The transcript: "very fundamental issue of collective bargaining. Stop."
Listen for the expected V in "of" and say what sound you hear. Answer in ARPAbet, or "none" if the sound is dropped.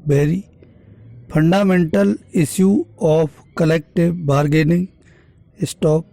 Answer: P